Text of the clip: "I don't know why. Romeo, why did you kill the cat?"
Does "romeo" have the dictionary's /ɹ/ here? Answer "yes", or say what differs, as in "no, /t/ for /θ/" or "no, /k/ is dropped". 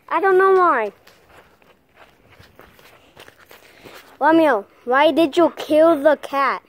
no, /w/ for /ɹ/